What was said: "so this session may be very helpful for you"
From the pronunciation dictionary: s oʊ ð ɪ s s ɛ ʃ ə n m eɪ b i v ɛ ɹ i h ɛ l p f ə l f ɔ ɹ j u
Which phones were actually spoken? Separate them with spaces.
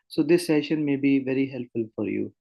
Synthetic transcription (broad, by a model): s oʊ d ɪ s s ɛ ʃ ə n m eɪ b i v ɛ ɹ i h ɛ l p f ə l f ɔ ɹ j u